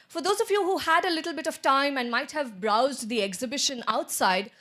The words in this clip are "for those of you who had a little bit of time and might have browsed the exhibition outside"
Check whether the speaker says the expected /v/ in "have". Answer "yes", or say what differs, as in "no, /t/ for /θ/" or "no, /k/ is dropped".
yes